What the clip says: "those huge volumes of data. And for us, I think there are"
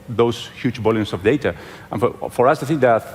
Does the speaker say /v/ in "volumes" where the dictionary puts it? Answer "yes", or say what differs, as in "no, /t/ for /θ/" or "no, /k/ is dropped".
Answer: no, /b/ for /v/